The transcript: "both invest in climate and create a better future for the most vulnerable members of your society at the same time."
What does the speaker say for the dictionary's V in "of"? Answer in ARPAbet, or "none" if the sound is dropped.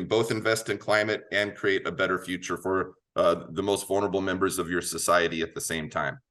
V